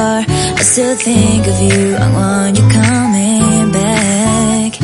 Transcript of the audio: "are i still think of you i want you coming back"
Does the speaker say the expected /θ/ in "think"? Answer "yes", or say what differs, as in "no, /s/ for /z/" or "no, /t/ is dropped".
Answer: yes